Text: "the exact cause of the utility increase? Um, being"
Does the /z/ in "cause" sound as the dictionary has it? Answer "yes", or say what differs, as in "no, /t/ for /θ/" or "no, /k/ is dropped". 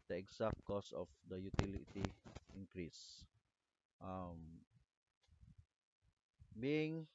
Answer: no, /s/ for /z/